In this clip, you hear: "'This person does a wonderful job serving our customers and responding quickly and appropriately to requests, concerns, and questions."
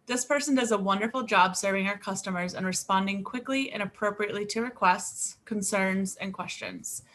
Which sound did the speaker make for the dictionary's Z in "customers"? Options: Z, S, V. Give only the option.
Z